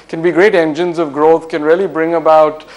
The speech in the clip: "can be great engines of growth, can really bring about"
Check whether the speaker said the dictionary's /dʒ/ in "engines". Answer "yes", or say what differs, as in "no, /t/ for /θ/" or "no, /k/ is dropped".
yes